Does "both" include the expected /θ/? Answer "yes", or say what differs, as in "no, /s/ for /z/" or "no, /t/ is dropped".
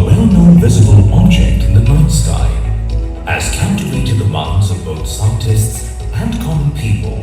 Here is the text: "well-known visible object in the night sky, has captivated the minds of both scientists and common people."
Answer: yes